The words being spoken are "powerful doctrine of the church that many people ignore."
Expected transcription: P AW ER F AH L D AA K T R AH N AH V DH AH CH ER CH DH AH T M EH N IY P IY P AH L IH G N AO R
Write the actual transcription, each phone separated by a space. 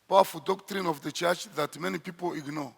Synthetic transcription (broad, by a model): P AW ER F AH L D AA K T R AH N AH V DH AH CH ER CH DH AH T M EH N IY P IY P AH L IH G N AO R